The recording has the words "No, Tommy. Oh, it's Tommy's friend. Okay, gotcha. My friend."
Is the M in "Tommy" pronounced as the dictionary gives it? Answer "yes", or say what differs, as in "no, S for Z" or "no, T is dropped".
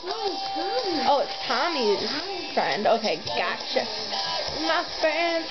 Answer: no, M is dropped